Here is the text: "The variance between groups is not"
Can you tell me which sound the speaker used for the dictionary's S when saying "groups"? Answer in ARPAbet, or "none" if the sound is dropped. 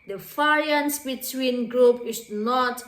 none